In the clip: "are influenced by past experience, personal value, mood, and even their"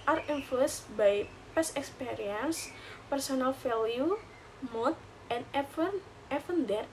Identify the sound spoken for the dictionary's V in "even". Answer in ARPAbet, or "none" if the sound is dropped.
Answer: F